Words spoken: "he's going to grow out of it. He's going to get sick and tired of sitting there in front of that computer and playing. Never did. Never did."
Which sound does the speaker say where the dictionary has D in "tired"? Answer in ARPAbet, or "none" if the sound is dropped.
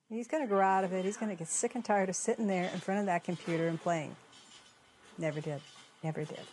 D